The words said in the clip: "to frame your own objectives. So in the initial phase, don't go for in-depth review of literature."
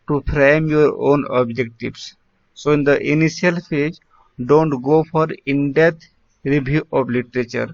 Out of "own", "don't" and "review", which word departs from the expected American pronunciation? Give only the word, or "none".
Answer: review